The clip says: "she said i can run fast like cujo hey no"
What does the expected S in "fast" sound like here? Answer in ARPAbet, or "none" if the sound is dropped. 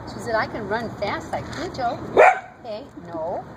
S